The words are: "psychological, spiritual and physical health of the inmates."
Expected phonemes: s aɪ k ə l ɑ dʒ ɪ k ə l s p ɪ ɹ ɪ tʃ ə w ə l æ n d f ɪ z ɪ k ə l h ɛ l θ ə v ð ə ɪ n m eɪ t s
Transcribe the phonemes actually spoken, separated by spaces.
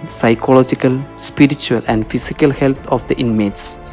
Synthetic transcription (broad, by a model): s aɪ k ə l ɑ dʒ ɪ k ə l s p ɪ ɹ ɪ tʃ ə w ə l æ n d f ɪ s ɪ k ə l h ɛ l t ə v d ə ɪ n m eɪ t s